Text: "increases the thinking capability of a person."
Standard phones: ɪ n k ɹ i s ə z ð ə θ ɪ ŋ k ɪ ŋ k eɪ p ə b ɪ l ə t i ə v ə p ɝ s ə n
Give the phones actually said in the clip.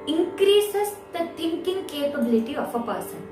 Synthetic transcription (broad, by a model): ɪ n k ɹ i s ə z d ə t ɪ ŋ k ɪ ŋ k eɪ p ə b ɪ l ə t i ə f ə p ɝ s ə n